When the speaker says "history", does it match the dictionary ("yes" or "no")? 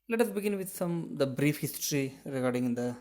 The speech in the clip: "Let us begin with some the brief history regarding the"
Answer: yes